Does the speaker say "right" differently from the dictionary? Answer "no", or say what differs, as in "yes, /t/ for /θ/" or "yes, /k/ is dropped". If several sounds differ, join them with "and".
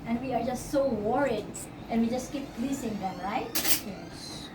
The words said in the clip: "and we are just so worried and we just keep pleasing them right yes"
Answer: no